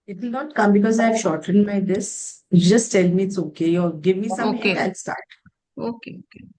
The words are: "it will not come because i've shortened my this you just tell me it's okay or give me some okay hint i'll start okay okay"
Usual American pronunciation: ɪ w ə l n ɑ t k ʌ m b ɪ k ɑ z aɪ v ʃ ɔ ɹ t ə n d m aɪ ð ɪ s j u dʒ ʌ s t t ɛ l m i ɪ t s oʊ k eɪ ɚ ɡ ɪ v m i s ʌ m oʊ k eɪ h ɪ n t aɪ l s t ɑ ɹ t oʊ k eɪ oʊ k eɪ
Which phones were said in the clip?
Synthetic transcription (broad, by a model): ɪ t l n ɑ t k ʌ m b ɪ k ɑ z aɪ v ʃ ɔ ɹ t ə n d m aɪ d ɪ s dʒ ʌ s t t ɛ l m i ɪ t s oʊ k eɪ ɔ ɡ ɪ v m i s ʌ oʊ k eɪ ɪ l s t ɑ ɹ t oʊ k eɪ oʊ k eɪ